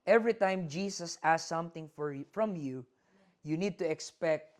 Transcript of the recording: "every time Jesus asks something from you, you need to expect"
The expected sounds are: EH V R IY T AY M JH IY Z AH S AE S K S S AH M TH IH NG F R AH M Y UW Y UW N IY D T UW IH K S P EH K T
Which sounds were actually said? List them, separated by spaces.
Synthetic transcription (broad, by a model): EH V R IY T AY M JH IY S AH S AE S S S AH M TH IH NG F R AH M Y UW Y UW N IY D T UW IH K S P EH K T